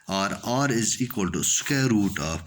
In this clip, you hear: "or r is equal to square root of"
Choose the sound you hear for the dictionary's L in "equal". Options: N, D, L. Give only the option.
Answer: L